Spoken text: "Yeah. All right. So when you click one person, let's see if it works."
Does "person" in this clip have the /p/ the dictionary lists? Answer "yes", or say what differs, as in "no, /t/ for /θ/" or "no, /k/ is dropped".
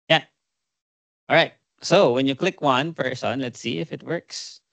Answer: no, /f/ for /p/